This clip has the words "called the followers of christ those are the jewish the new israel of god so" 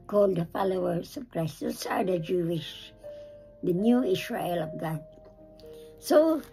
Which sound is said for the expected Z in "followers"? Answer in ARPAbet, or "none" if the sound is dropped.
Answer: S